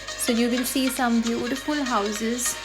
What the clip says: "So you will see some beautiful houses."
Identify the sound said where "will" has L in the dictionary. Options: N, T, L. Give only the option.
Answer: N